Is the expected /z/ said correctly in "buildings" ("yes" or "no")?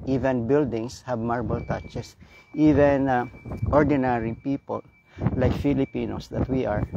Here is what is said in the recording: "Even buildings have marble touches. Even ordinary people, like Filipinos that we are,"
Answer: no